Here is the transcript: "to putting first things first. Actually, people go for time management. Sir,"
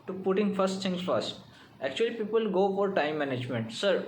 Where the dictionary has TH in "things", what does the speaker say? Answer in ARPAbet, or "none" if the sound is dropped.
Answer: T